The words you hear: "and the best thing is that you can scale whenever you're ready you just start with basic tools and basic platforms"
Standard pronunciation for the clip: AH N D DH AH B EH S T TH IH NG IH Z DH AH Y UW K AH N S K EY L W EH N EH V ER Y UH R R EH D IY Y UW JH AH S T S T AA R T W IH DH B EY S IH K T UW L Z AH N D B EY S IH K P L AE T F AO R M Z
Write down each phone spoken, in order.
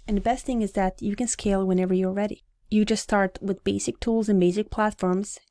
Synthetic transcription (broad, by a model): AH N DH AH B EH S T TH IH NG IH Z DH AH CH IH K AH N S K EY L W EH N EH V ER Y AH R R EH D IY Y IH JH AH S T S T AA R T W IH DH B EY S IH K T UW L Z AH N B EY S IH K P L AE T F AO R M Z